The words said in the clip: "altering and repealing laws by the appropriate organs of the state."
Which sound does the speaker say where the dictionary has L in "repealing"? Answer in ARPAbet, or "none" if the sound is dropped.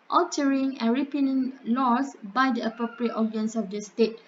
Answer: N